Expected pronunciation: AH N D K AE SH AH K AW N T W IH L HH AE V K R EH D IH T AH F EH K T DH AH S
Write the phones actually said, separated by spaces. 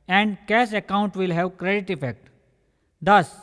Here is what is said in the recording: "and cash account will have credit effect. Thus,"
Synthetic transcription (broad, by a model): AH N D K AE S AH K AW N T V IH L HH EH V K R EH D IH T AH F EH K T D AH S